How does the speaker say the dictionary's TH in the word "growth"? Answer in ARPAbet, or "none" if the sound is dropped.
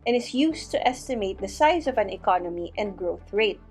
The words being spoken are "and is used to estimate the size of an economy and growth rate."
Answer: TH